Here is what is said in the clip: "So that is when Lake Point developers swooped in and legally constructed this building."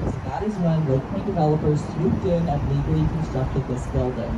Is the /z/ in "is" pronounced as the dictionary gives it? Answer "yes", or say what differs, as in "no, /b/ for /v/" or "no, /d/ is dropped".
yes